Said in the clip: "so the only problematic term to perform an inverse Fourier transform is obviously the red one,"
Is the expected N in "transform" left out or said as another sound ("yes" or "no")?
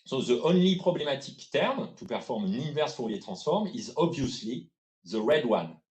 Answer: yes